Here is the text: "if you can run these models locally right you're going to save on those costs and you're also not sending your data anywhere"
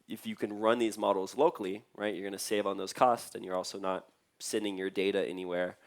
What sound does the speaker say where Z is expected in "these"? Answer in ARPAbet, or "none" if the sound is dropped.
Z